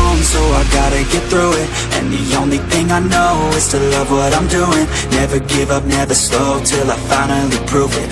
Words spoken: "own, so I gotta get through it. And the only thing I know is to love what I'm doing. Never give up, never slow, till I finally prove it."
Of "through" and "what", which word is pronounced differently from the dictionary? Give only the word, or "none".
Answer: none